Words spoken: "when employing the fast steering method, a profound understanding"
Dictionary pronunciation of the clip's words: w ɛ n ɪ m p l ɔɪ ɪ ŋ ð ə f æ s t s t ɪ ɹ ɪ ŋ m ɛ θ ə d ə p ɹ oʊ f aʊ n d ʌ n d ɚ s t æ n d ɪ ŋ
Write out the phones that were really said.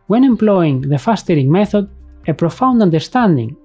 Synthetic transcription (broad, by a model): w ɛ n ɪ m p l ɔɪ ɪ ŋ ð ə f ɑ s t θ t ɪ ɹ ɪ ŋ m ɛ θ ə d ə p ɹ oʊ f aʊ n d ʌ n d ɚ s t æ n d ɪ ŋ